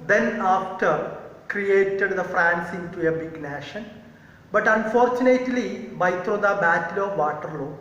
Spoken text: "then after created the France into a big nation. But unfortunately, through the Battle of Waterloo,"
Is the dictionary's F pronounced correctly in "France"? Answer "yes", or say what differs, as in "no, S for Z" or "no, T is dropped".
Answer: yes